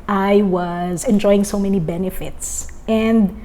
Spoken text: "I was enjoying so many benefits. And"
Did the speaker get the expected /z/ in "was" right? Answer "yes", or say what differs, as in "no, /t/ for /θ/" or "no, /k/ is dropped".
yes